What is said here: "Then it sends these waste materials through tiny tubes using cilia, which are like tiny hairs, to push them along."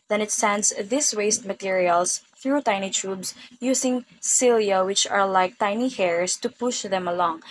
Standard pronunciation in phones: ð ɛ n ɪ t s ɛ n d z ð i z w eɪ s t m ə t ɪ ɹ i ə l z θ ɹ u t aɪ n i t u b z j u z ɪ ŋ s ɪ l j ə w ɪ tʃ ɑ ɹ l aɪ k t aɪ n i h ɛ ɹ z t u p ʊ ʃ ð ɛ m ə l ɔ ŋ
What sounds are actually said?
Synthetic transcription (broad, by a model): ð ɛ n ɪ t s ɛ n d s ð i s w eɪ s t m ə t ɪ ɹ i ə l s θ ɹ u t aɪ n i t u b s j u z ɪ ŋ s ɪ l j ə w ɪ tʃ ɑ ɹ l aɪ k t aɪ n i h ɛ ɹ s t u p ʊ ʃ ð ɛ m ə l ɔ ŋ